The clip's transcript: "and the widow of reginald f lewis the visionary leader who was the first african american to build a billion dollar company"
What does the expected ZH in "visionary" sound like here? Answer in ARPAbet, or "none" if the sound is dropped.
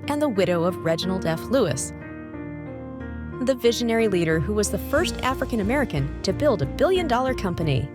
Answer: ZH